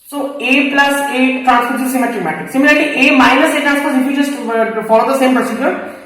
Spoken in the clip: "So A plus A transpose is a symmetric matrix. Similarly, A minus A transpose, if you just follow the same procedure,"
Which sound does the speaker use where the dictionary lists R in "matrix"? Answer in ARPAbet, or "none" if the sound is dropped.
none